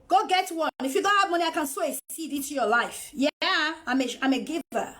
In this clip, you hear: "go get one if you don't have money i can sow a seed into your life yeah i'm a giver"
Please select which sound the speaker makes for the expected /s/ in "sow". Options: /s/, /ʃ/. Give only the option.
/s/